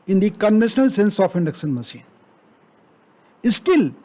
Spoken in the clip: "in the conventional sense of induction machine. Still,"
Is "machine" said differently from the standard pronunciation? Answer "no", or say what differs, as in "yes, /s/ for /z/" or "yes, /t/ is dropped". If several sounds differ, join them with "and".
yes, /s/ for /ʃ/